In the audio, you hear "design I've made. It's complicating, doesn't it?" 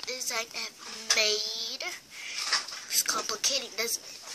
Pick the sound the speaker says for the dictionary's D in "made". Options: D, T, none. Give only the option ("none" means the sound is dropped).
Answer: none